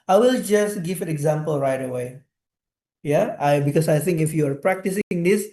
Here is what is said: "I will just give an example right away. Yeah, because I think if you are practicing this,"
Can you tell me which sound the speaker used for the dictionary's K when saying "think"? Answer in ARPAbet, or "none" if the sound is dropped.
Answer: K